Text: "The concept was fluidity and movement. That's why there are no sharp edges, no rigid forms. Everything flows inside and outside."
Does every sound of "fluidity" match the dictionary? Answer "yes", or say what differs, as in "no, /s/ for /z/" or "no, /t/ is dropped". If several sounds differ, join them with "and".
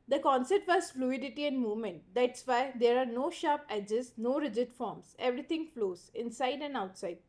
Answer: yes